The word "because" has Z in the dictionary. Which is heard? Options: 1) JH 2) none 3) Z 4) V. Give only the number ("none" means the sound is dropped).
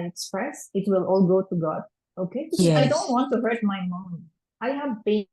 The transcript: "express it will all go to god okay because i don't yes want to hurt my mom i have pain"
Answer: 2